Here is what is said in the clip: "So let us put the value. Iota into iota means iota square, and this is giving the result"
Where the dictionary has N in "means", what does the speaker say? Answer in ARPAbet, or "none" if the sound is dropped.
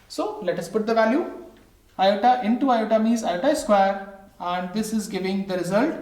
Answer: none